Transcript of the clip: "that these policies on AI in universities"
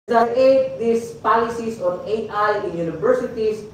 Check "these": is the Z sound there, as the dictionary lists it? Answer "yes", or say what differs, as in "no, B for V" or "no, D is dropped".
no, S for Z